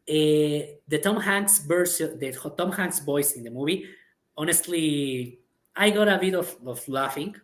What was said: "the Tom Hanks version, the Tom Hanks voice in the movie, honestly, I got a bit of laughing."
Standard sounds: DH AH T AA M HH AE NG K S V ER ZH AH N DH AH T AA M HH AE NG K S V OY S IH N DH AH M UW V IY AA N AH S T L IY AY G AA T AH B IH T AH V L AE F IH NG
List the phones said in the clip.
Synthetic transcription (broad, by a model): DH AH T AA M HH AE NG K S B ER S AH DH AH T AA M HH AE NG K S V OY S IH N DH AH M UW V IY AA N AH S T L IY AY G AA T AH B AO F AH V L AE F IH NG